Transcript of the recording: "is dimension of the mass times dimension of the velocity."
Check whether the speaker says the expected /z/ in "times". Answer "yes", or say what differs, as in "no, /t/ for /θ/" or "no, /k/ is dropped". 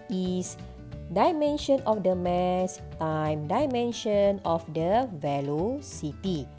no, /z/ is dropped